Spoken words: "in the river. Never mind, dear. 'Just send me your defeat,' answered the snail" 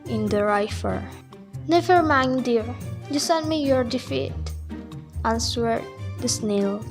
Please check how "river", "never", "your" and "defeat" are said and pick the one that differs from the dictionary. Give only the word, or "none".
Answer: river